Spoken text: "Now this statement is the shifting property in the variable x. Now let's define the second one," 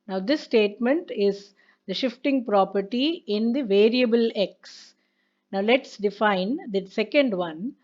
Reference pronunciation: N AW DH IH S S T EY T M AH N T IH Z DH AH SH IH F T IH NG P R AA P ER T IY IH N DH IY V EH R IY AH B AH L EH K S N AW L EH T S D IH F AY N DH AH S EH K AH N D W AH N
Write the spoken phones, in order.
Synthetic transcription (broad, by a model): N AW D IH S S T EY T M AH N T IH Z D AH SH IH F T IH NG P R AA P ER T IY IH N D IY V EH R IY AH B AH L EH K S N AW L EH T S D IH F AY N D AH S EH K AH N D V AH N